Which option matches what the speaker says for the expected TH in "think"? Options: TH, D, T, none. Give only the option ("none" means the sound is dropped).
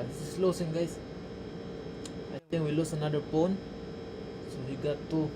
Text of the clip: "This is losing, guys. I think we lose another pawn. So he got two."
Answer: T